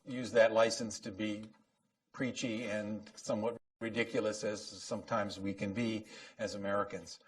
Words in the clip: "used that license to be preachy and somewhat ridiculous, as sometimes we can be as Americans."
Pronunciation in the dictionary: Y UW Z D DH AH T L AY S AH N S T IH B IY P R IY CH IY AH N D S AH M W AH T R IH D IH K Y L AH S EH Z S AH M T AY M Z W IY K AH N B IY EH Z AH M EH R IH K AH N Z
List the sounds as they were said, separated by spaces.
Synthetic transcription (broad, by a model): Y UW Z DH AH T L AY S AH N S T IH B IY P R IY CH IY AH N S AH M W AH T R IH D IH K Y L AH S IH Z S AH M T AY M Z W IY K AH N B IY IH Z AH M EH R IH K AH N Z